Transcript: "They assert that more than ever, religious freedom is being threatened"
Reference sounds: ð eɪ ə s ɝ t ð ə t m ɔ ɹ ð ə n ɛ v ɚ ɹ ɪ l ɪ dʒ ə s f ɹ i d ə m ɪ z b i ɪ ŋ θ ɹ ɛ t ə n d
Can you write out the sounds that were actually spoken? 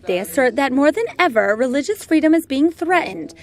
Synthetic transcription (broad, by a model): ð eɪ ə s ɝ t ð ə t m ɔ ɹ ð ə n ɛ v ɚ ɹ ɪ l ɪ dʒ ə s f ɹ i d ə m ɪ z b i ɪ ŋ θ ɹ ɛ t n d